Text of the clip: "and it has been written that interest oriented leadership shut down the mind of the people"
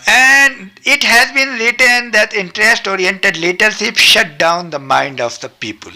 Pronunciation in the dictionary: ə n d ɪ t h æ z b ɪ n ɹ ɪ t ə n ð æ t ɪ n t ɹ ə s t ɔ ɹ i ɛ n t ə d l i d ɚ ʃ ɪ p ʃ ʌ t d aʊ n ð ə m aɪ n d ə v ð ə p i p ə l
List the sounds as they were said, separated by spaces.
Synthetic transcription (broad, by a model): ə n d ɪ t h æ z b ɪ n ɹ ɪ t ə n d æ t ɪ n t ɹ ə s t ɔ ɹ i ɛ n t ə d l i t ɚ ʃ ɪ p ʃ ʌ t d aʊ n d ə m aɪ n d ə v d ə p i p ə l